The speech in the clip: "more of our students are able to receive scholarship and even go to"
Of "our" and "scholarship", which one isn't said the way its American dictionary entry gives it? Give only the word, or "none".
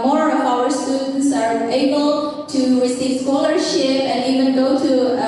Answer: none